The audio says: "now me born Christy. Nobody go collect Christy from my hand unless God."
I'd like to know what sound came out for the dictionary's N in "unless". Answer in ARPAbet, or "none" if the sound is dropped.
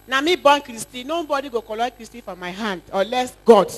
none